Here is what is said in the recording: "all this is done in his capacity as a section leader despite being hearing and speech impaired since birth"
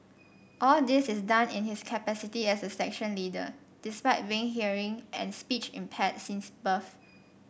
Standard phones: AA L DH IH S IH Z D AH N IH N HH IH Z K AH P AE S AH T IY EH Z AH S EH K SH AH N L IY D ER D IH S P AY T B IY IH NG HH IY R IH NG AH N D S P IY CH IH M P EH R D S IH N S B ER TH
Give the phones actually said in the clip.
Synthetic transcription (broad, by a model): AA L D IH S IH S D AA N IH N HH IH S K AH P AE S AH T IY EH S AH S EH K SH AH N L IY D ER D IH S P AY T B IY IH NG HH IY R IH NG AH N S P IY CH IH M P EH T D S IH N S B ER F